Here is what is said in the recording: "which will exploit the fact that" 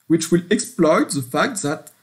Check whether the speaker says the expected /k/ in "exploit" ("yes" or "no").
yes